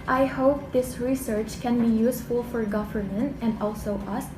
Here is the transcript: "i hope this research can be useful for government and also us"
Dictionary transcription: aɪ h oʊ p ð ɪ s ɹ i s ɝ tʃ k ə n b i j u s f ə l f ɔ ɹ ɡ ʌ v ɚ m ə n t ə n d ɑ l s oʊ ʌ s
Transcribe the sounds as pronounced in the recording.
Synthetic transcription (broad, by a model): aɪ h oʊ p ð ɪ s ɹ i s ɝ tʃ k ə n b i j u s f ə l f ɔ ɹ ɡ ʌ v ɚ m ə n t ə n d ɑ l s oʊ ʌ s